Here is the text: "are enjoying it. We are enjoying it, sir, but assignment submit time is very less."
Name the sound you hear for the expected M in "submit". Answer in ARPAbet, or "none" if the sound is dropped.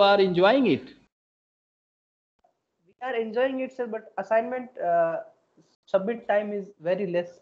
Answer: none